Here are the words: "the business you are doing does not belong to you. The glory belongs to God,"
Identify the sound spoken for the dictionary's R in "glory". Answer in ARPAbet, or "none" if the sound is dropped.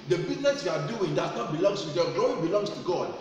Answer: none